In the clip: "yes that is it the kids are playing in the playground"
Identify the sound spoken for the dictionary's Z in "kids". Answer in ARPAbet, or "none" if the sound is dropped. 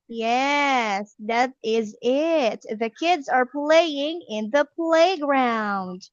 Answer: Z